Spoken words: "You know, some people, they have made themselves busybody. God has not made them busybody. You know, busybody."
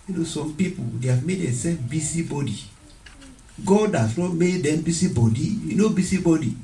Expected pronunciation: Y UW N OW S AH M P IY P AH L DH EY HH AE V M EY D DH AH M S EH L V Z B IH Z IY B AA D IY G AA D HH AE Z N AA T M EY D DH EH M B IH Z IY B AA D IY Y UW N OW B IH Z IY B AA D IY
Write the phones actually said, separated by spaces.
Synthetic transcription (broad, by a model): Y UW N OW S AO M P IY P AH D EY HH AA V M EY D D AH S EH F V B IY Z IY B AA D IY G AA D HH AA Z N AA T M EY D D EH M B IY S IY B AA D IY Y UW N OW B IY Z IY B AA D IY